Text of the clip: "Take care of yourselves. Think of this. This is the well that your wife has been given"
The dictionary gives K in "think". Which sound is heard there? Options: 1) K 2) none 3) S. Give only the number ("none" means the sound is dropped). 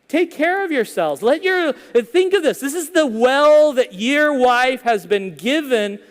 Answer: 1